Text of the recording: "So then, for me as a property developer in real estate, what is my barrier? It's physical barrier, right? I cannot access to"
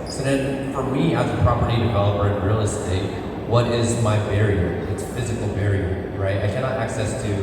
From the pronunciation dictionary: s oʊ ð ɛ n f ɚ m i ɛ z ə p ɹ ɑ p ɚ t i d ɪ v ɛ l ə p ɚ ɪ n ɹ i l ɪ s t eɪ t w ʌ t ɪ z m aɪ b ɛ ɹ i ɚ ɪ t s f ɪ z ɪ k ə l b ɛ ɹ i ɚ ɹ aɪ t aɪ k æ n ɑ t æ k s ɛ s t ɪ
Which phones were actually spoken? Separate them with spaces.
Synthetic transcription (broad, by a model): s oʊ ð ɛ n f ɚ m i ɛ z ə p ɹ ɑ p ɚ t i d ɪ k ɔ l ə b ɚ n ɹ i l ɪ s t eɪ t w ʌ t ɪ z m aɪ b ɛ ɹ i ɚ ɪ t s f ɪ z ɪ k l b ɛ ɹ i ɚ ɹ aɪ t aɪ k æ n ɑ t æ k s ɛ s t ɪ